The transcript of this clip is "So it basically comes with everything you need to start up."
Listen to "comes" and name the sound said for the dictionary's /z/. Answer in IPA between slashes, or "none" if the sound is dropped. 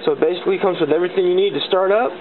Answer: /z/